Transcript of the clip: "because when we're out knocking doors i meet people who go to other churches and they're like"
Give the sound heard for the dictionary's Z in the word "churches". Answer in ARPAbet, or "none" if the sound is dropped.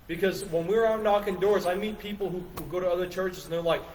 Z